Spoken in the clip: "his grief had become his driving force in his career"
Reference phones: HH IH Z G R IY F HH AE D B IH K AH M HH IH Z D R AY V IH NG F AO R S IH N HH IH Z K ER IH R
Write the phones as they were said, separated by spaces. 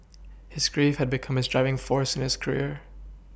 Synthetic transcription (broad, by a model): HH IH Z G R IY F HH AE D B IH K AH M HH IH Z D R AY V IH NG F AO R S IH N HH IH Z K ER IH R